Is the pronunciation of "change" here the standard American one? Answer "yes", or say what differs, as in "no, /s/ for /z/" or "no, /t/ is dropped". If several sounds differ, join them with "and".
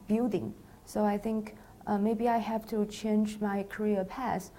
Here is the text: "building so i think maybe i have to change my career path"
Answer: yes